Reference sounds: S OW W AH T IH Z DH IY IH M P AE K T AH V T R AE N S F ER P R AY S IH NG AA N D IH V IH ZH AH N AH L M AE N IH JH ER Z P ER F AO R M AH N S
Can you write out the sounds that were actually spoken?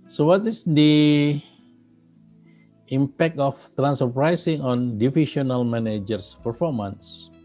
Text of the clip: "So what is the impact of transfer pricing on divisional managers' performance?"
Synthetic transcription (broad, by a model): S OW W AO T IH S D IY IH M P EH K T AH F T R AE N S ER P R AY S IH NG AA N D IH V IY SH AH N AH L M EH N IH JH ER S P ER F AO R M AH N S